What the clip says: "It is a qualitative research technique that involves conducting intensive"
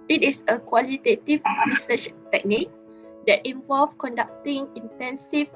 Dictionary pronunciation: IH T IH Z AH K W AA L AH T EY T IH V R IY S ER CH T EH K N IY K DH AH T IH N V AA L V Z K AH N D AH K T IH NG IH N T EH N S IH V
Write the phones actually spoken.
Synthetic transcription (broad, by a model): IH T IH S AH K W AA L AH T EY T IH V R IY S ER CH T EH K N IY K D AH T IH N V AA L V K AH N D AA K T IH NG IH N T EH N S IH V